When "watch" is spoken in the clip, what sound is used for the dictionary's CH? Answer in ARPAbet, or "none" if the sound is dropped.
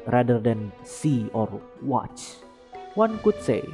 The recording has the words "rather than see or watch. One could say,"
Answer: CH